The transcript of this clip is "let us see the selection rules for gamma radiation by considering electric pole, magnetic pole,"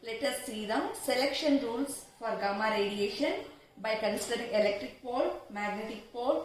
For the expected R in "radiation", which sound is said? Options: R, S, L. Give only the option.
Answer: R